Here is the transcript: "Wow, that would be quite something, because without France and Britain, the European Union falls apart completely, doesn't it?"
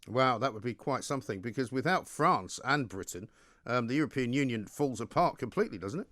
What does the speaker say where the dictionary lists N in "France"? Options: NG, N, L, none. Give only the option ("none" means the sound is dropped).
N